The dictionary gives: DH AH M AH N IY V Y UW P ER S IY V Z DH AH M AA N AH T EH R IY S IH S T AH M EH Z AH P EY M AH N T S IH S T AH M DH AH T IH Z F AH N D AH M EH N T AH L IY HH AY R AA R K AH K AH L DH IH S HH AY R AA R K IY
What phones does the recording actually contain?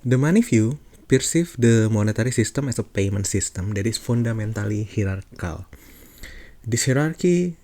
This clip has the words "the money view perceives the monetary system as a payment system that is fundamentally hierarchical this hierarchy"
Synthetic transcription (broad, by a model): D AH M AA N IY F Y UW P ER S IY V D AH M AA N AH T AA R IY S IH S T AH M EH S AH P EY M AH N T S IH S T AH M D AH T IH F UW N D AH M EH N T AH L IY HH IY R AA R K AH L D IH S HH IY R AA R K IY